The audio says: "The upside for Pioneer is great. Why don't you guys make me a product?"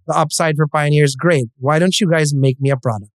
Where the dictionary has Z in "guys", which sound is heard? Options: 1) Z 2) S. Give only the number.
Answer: 1